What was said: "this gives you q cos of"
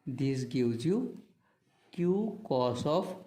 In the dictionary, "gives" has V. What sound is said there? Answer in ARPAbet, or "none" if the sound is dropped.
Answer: W